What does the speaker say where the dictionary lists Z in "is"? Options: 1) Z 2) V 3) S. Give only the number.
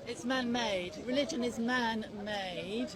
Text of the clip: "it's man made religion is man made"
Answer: 1